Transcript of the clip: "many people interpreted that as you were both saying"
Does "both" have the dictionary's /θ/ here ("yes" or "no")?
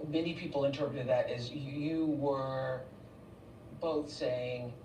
yes